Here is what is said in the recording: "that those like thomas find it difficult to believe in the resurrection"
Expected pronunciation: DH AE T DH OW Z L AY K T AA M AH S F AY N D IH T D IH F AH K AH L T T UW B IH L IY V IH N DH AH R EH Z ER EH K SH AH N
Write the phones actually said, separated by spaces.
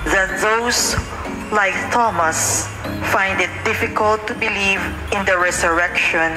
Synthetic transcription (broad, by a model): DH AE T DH OW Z L AY K T AA M AH S F AY N D IH T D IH F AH K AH L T T UW B IH L IY V IH N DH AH R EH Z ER EH K SH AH N